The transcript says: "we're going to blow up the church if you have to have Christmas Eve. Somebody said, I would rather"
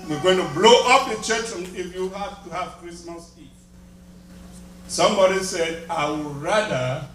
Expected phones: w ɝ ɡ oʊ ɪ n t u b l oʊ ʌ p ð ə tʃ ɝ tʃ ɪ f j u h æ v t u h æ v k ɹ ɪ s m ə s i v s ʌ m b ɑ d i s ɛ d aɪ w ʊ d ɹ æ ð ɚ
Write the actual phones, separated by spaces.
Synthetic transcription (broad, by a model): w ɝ ɡ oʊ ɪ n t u b l oʊ ʌ p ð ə tʃ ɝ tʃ ɪ f j u h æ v t u h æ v k ɹ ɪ s m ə s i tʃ s ʌ m b ɑ d i s ɛ d aɪ w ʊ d ɹ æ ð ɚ